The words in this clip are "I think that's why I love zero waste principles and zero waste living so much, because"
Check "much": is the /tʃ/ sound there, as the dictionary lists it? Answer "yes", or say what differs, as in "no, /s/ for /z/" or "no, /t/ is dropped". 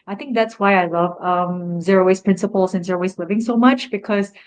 yes